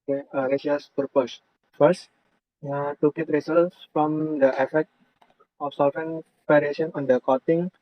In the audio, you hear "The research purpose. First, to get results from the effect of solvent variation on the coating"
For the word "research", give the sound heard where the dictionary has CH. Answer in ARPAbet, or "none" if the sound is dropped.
S